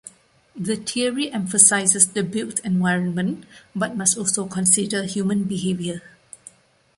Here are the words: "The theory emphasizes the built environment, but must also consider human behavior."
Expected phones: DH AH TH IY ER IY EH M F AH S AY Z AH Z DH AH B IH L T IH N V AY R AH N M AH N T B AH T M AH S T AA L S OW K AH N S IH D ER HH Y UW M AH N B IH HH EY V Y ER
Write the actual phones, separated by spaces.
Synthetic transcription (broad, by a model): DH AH T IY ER IY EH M F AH S AY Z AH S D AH B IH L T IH N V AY R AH N M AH N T B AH T M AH S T AA L S OW K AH N S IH D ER HH Y UW M AH N B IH HH EY V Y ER